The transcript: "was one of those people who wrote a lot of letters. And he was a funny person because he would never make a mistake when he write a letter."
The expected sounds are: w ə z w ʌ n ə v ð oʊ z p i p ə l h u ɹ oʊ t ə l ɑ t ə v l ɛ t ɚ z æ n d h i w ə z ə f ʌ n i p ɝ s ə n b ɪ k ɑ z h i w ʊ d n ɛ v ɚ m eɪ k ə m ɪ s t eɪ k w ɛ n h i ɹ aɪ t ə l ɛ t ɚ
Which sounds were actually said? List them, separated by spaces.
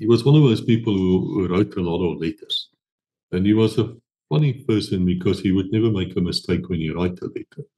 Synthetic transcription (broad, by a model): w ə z w ʌ n ə v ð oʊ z p i p ə l h u ɹ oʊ t ə l ɑ t ə v l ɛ t ɚ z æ n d h i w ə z ə f ʌ n i p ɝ s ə n b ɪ k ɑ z h i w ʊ d n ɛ v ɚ m eɪ k ə m ɪ s t eɪ k w ɛ n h i ɹ aɪ t ə l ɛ t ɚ